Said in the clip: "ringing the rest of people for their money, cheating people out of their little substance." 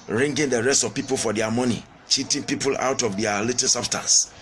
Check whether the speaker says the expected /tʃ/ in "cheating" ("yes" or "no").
yes